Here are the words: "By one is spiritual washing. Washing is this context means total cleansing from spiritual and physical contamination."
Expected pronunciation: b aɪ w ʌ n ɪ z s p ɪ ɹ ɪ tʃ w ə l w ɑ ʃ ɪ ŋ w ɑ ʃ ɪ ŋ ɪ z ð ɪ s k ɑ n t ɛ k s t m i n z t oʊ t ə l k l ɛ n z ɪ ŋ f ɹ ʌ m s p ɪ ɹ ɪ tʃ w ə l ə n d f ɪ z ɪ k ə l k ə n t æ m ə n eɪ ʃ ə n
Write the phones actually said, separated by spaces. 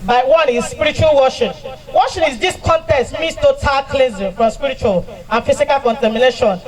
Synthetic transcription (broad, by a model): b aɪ w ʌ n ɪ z s p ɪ ɹ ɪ tʃ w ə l w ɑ ʃ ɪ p w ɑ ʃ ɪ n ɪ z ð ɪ s k ɑ n t ɛ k s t m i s t oʊ t ə l k l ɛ z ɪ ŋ f ɹ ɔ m s p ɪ ɹ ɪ tʃ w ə l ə n f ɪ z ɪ k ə l k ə n t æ m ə n eɪ ʃ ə n